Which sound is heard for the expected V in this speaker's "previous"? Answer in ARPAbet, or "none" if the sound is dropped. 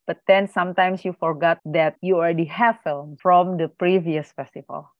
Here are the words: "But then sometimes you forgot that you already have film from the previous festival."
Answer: V